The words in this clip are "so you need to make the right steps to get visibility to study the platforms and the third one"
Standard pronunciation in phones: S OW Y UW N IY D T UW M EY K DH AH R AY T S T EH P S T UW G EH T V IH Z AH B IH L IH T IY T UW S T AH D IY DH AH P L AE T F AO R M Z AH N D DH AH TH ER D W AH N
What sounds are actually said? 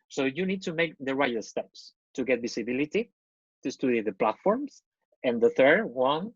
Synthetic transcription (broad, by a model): S OW Y UW N IY D T UW M EY K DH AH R AY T S T EH P S T UW G EH T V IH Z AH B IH L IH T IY T UW S T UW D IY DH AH P L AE T F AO R M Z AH N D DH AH TH ER D W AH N